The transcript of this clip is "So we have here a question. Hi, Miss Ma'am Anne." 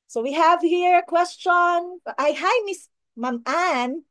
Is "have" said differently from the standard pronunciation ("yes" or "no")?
no